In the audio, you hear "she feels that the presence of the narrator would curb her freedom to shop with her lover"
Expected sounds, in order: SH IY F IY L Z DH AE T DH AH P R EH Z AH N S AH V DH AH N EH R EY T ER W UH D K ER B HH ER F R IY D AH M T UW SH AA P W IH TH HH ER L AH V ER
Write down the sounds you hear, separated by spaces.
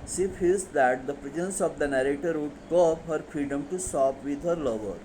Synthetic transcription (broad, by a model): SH IY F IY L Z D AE T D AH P R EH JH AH N S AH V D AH N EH R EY T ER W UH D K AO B HH ER F R IY D AH M T UW S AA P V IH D HH ER L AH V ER